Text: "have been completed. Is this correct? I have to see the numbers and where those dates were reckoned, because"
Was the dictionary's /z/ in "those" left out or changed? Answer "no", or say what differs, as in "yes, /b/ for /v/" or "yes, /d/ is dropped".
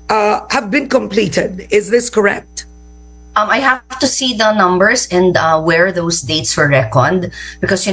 yes, /s/ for /z/